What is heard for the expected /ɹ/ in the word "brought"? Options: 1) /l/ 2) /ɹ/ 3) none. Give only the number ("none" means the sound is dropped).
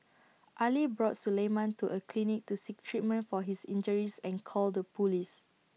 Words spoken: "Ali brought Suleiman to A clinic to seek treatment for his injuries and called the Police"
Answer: 2